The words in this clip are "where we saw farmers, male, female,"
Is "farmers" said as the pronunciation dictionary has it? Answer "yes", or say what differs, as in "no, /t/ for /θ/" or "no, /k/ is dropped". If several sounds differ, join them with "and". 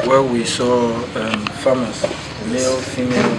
no, /s/ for /z/